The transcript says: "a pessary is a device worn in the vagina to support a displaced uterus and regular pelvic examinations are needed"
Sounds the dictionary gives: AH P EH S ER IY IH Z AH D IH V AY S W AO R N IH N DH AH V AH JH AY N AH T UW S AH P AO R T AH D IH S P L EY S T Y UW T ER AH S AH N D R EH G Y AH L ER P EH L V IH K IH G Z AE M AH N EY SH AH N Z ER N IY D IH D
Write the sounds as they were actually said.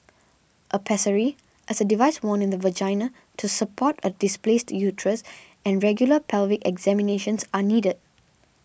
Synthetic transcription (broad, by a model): AH P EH S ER IY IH S AH D IH V AY S W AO N IH N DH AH V AH JH AY N AH T UW S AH P AO T AH D IH S P L EY S T Y UW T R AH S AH N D R EH G Y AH L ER P EH L V IH K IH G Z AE M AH N EY SH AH N S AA N IY D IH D